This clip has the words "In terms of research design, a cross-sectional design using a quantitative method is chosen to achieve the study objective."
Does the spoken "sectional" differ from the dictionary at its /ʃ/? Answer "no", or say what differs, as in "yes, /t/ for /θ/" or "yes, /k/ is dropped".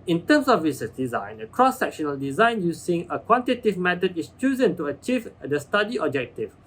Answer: no